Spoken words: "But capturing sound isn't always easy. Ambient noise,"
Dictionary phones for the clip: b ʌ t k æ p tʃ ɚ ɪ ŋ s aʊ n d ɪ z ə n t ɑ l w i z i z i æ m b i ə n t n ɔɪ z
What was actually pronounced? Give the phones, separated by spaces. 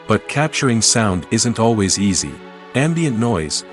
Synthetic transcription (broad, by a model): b ʌ t k æ p tʃ ɚ ɪ ŋ s aʊ n d ɪ z ə n t ɑ l w i z i z i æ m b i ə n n ɔɪ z